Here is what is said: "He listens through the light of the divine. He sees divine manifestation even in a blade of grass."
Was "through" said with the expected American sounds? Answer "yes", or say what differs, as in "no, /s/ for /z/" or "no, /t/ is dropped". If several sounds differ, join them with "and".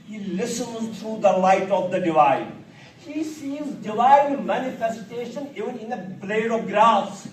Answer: no, /t/ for /θ/